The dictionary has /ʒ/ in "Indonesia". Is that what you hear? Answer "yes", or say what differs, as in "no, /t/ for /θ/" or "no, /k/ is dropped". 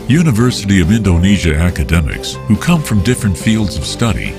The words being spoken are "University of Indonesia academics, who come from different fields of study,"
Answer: yes